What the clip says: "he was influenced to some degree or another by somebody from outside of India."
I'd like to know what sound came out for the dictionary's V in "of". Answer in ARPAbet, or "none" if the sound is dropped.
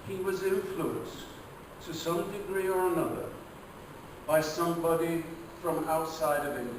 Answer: V